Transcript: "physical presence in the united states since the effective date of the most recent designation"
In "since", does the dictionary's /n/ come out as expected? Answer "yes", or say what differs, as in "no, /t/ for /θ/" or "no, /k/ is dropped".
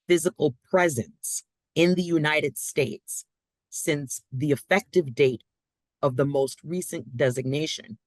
yes